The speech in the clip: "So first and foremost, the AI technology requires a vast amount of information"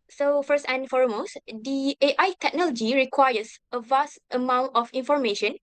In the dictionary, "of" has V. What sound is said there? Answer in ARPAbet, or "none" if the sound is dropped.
F